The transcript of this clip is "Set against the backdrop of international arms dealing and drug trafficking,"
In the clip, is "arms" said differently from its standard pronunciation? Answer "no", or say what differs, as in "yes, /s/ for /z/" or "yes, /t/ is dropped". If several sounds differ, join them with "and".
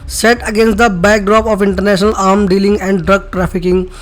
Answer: yes, /z/ is dropped